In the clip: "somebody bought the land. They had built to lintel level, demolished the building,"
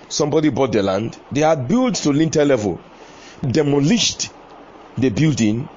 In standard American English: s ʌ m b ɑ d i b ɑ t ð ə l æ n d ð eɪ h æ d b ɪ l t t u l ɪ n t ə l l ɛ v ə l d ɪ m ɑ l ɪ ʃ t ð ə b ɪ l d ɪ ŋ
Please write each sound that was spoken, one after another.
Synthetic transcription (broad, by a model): s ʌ m b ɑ d i b ɑ t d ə l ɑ n d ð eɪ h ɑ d b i l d t u l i n t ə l l ɛ v ə l d ɪ m ɑ l ɪ ʃ t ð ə b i l d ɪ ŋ